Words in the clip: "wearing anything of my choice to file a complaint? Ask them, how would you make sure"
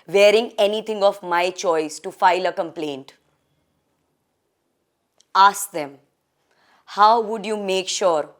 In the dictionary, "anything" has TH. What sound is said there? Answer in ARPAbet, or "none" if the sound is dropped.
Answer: T